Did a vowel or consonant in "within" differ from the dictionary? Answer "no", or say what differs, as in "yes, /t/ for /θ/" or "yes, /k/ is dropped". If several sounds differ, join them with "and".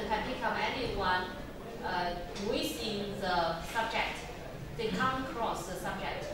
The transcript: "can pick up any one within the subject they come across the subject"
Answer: yes, /s/ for /θ/